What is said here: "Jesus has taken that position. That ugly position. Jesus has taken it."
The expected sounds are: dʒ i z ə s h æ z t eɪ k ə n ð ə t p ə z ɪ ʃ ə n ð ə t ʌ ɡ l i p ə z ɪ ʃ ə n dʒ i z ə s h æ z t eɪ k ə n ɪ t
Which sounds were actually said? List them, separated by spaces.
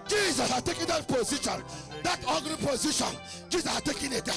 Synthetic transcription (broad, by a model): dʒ i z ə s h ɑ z t eɪ k ə n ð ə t p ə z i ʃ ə n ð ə t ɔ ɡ n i p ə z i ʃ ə n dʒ i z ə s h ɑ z t eɪ k ə n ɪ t